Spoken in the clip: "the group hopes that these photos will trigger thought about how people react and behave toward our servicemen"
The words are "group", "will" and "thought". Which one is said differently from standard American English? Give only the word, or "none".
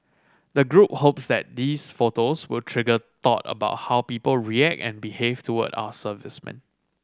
thought